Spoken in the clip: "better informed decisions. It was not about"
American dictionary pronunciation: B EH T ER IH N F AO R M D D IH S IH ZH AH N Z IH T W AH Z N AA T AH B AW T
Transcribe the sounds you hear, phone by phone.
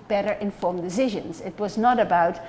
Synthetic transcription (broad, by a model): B EH T ER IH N F AO R M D D IH S IH ZH AH N Z IH T W AH Z N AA T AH B AW T